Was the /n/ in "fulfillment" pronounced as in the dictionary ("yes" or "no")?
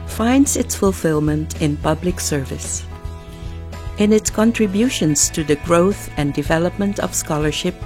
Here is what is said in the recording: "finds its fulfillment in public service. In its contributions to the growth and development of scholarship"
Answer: yes